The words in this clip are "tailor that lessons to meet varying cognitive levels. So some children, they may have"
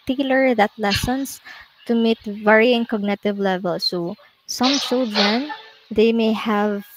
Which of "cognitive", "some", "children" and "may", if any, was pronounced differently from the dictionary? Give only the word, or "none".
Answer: children